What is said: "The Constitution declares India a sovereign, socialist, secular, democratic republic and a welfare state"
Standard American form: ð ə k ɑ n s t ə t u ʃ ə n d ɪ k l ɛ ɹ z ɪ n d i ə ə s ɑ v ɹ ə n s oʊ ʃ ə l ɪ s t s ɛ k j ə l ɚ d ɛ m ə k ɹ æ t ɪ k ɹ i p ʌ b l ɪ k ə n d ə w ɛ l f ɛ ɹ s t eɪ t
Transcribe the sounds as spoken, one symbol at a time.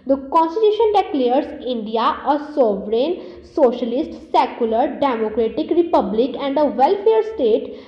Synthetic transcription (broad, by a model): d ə k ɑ n s t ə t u ʃ ə n d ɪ k l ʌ ɹ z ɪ n d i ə ə s ɑ v ɹ ə n s oʊ ʃ ə l ɪ s t s ɛ k j ə l ɚ d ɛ m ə k ɹ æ t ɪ k ɹ i p ʌ b l ɪ k ə n d ə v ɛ l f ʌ ɹ s t eɪ t